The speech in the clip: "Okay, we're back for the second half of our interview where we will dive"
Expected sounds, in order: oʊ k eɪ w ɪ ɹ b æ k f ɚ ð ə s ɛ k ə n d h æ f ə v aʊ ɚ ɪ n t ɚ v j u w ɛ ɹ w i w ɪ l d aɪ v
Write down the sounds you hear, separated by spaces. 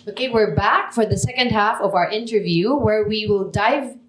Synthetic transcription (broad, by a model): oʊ k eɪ w ɪ ɹ b æ k f ɚ ð ə s ɛ k ə n d h æ f ə v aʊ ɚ ɪ n t ɚ v j u w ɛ ɹ w i w ɪ l d aɪ v